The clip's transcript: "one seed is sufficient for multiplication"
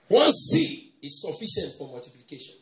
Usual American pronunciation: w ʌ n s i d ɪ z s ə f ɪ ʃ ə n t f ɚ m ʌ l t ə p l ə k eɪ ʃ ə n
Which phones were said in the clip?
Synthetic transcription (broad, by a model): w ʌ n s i ɪ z s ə f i ʃ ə n t f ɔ m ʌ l t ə p l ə k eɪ ʃ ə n